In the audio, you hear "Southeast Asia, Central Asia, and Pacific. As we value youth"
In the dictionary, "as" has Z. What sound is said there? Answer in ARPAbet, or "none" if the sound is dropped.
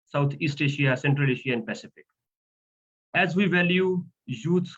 Z